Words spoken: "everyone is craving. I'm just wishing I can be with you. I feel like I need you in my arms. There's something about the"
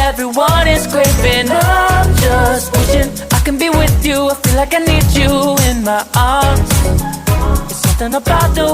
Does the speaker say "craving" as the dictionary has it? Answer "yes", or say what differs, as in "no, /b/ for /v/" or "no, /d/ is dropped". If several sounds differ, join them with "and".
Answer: no, /p/ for /v/